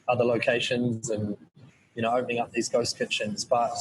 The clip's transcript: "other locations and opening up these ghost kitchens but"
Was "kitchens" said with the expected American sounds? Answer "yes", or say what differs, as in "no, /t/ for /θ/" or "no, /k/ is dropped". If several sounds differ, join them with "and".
yes